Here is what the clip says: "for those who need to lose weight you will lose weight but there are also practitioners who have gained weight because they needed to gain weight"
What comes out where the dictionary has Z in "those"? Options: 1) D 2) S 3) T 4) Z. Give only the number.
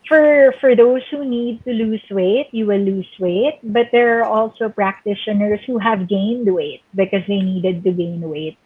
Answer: 2